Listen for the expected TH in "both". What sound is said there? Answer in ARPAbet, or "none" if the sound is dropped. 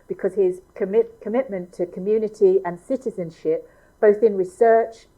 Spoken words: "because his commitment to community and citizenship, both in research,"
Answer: TH